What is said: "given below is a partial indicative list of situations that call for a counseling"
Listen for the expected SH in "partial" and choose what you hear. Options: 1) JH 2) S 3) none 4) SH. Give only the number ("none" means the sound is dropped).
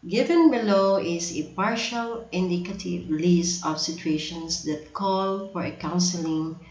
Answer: 4